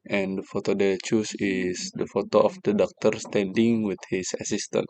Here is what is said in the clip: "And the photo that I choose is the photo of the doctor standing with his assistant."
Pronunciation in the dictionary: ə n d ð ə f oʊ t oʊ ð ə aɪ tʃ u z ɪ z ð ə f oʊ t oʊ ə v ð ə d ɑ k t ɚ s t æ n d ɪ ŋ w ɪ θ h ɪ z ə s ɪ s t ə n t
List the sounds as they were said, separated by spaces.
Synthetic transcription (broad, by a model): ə n d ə f oʊ t oʊ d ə tʃ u s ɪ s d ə f oʊ t oʊ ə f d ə d ɑ k t ɚ s t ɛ n d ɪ ŋ w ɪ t h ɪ s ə s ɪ s t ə n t